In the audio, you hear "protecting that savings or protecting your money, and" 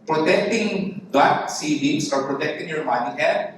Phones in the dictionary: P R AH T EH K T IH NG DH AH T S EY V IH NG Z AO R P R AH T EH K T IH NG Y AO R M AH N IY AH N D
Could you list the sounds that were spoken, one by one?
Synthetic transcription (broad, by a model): P R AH T EH K T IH NG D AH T S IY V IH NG S AO R P R AH T EH K T IH NG Y AO R M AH N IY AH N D